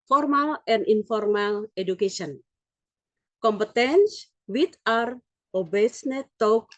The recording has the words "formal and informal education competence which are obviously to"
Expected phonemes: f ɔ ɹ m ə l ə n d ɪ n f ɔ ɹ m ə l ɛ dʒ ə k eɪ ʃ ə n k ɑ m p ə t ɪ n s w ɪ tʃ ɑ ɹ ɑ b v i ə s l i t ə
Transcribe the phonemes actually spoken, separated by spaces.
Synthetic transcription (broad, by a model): f ɔ ɹ m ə l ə n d ɪ n f ɔ ɹ m ə l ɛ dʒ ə k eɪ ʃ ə n k ɑ m p ə t ɪ n s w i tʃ ɑ ɹ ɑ b i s n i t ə